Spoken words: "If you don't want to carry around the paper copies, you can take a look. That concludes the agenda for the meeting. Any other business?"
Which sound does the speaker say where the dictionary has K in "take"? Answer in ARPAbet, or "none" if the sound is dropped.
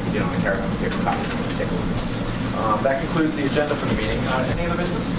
none